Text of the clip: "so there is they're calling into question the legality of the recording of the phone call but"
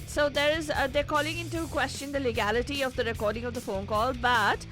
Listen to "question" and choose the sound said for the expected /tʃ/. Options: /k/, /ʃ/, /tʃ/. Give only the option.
/tʃ/